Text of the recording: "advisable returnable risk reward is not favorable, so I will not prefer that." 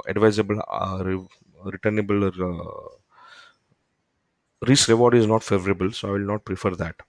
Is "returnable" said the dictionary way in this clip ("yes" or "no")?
yes